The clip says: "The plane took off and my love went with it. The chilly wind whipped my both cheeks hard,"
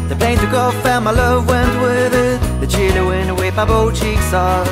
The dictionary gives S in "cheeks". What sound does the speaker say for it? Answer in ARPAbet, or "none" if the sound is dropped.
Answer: S